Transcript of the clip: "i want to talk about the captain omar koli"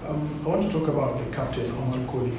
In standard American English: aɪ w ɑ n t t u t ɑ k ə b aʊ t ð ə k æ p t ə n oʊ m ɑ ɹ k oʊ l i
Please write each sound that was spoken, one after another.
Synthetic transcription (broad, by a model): aɪ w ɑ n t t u t ɑ k ə b aʊ t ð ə k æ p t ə l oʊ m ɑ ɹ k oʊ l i